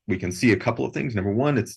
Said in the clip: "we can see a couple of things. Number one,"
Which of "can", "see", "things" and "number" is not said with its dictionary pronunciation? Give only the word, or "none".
none